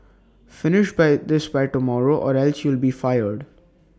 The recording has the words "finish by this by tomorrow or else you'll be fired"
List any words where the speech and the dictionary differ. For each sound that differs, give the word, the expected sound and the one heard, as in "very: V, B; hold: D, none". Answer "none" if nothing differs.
none